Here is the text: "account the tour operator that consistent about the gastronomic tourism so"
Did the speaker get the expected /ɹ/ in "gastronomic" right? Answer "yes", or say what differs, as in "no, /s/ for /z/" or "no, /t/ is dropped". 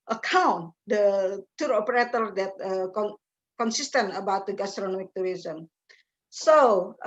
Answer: yes